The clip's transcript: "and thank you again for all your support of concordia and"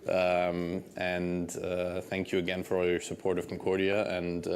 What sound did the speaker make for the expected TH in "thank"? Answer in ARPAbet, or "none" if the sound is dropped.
TH